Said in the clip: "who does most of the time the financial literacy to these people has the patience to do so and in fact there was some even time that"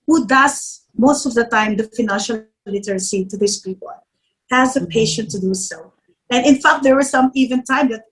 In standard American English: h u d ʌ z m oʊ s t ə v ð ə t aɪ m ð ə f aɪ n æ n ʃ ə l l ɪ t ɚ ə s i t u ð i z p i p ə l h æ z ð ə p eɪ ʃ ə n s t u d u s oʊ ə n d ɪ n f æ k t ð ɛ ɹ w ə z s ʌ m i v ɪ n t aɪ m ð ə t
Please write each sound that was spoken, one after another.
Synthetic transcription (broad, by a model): h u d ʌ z m oʊ s t ə v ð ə t aɪ m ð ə f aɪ n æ n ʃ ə l l ɪ t ɚ ə s i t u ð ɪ s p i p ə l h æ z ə p eɪ ʃ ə n t u d u s oʊ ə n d ɪ n f æ k t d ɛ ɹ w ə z s ʌ m i v ɪ n t aɪ m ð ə t